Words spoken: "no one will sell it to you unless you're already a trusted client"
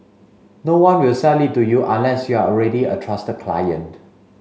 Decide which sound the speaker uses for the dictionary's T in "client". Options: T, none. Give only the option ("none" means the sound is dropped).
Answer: T